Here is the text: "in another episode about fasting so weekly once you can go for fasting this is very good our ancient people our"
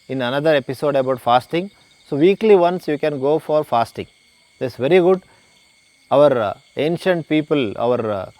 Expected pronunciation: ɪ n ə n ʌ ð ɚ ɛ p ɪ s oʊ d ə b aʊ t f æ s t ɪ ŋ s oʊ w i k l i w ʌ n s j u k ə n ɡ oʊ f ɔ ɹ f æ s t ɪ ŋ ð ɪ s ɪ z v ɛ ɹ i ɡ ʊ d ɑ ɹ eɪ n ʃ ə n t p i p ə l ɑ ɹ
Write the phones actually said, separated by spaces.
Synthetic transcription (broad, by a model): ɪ n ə n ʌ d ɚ ɛ p ɪ s oʊ d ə b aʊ t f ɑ s t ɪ ŋ s oʊ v i k l i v ʌ n s j u k ə n ɡ oʊ f ɔ ɹ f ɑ s t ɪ ŋ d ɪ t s v ɛ ɹ i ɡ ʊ d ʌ ɹ eɪ n ʃ ə n t p i p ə l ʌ ɹ